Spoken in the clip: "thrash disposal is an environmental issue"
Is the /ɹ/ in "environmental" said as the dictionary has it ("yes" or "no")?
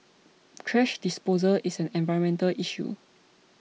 no